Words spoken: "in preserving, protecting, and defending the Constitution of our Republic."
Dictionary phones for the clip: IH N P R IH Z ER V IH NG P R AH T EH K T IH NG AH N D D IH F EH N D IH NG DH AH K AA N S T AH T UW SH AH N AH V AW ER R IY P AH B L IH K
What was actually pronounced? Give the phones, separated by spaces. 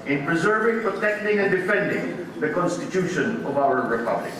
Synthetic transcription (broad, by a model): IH N P R IH Z ER V IH NG P R AH T EH K T IH NG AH N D D IH F EH N D IH NG DH AH K AA N S T AH T UW SH AH N AH V AW ER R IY P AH B L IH K